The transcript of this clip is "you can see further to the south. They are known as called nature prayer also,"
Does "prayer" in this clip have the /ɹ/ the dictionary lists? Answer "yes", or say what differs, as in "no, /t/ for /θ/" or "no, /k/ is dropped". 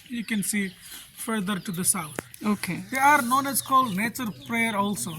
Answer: yes